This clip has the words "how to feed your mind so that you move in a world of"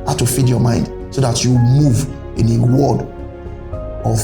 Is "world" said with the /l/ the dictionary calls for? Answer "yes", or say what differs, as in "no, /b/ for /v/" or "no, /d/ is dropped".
no, /l/ is dropped